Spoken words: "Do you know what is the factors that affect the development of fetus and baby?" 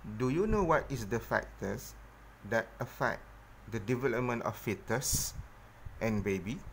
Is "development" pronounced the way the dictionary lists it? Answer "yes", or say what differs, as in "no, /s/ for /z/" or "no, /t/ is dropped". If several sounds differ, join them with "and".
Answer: yes